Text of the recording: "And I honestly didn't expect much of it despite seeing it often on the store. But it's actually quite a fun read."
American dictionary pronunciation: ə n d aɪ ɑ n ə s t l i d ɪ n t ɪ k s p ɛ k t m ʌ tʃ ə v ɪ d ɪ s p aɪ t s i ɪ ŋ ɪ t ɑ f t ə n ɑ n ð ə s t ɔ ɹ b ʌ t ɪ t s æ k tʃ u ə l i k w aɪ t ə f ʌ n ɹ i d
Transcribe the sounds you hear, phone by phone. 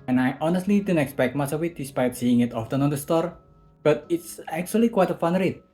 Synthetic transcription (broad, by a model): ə n aɪ ɑ n ə s t l i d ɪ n ɪ k s p ɛ k t m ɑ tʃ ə w ɪ d ɪ s p aɪ t s i ɪ ŋ ɪ t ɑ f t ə n ɑ n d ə s t ɔ ɹ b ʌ t ɪ t s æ k tʃ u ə l i k w aɪ t ə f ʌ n ɹ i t